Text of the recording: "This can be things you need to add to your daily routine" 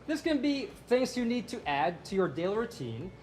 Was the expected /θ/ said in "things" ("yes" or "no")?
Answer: yes